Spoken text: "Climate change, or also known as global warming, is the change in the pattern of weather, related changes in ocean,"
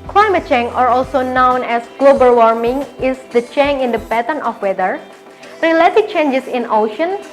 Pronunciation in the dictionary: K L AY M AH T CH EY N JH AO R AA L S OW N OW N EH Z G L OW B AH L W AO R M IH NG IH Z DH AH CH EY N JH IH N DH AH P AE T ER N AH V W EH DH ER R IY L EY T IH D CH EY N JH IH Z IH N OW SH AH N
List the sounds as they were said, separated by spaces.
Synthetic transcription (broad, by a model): K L AY M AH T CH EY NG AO R AA L S OW N OW N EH S G L OW B AH L W AO R M IH NG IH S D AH CH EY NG IH N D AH B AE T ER N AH F W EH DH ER R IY L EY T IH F CH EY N JH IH S IH N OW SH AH N